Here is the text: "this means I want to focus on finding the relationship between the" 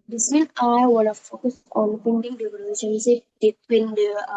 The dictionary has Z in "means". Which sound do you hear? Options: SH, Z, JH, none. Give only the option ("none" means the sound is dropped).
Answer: none